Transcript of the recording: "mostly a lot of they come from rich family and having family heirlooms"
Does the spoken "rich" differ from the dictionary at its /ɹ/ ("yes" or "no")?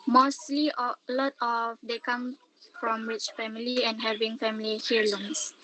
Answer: yes